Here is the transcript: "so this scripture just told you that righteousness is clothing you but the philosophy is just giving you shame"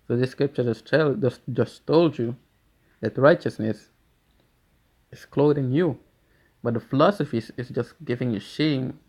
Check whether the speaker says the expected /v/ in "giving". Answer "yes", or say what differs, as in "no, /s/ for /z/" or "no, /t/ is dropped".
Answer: yes